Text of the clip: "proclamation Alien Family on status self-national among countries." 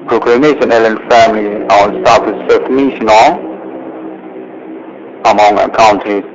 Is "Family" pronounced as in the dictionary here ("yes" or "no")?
yes